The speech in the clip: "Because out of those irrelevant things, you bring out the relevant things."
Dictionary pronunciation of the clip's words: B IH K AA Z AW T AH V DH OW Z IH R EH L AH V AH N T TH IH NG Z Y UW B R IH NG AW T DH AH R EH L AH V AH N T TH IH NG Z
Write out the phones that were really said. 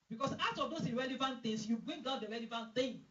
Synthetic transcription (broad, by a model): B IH K AA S AW T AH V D OW S IH R EH L AH V AH N T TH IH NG S Y UW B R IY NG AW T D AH R EH L AH V AH N T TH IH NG